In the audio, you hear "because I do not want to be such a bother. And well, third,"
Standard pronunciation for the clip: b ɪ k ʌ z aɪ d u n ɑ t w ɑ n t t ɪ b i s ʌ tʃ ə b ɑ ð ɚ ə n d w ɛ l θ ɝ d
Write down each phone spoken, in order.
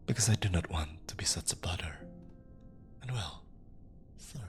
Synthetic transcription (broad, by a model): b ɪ k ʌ z aɪ d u n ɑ t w ɑ n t t ɪ b i s ʌ tʃ ə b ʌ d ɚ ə n w ɛ l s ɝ